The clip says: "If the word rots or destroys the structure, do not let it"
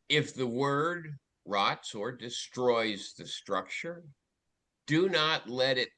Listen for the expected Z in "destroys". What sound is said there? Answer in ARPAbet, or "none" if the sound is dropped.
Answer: Z